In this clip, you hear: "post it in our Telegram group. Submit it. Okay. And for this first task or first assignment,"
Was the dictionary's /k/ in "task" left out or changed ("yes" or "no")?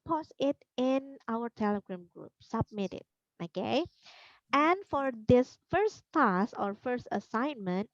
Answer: yes